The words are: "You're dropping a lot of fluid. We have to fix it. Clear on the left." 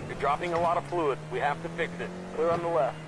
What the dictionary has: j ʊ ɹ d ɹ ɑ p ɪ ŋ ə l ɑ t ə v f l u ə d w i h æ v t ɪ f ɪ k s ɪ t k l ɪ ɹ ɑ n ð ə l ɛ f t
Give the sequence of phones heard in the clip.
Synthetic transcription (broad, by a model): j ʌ ɹ d ɹ ɑ p ɪ ŋ ə l ɑ t ə v f l u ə d w i h æ f t ɪ f ɪ k s ɪ t k l ɪ ɹ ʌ n ð ə l ɛ f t